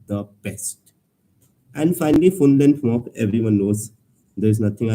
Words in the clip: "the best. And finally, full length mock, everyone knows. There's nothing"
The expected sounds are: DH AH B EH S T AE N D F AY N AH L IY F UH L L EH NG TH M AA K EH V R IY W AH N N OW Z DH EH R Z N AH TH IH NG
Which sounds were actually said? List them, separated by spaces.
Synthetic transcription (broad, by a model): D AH B EH S T AE N D F AY N AH L IY F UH N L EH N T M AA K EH V R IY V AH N N OW Z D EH R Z N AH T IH NG